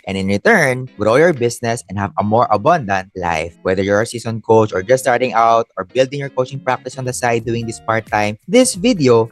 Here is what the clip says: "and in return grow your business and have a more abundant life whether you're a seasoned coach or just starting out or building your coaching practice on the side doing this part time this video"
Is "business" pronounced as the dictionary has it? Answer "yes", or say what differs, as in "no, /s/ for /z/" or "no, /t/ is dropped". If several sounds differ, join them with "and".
no, /s/ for /z/